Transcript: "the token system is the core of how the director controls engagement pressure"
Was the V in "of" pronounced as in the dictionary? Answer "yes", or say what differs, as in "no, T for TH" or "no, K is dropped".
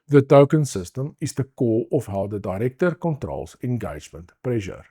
no, F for V